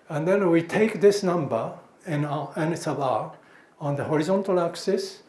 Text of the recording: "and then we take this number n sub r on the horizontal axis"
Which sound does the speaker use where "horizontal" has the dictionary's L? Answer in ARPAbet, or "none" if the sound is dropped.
L